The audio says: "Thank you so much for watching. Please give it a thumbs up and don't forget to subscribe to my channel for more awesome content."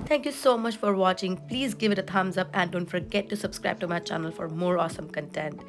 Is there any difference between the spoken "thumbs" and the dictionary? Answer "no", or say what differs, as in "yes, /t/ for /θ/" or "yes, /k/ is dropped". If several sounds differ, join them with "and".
yes, /t/ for /θ/